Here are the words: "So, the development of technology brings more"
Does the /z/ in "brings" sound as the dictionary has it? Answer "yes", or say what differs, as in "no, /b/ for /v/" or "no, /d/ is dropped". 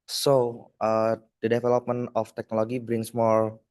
no, /s/ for /z/